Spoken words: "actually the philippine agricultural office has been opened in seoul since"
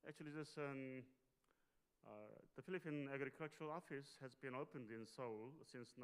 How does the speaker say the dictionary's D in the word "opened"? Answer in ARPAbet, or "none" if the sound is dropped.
D